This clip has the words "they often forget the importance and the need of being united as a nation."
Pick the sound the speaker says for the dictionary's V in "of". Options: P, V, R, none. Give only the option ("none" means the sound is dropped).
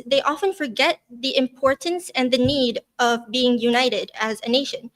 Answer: V